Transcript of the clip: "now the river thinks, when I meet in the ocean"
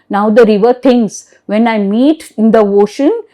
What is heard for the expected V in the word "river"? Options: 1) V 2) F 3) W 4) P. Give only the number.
1